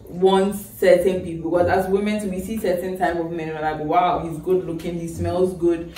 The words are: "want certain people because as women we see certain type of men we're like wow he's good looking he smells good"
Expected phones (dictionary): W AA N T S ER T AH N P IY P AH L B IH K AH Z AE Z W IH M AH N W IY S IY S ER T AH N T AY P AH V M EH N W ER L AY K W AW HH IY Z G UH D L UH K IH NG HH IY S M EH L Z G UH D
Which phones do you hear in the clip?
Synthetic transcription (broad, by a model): W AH N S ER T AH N P IY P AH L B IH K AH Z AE S W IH M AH N W IY S IY S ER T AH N T AY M AH V M EH N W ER N AY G W AW HH IY Z G UH D L UH K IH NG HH IY S M EH L Z G UH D